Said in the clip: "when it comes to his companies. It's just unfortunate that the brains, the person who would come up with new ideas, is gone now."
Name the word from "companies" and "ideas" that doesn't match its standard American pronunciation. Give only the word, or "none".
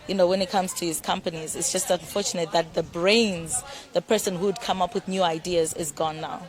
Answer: none